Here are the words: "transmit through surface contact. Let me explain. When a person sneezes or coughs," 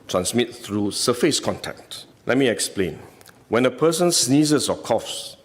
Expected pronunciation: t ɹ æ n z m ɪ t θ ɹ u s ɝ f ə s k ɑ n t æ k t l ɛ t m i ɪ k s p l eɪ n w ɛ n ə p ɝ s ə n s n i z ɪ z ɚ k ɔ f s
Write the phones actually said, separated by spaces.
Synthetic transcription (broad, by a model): t ɹ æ n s m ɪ t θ ɹ u s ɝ f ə s k ɑ n t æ k t l ɛ t m i ɪ k s p l eɪ n w ɛ n ə p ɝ s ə n s n i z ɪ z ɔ k ɔ f s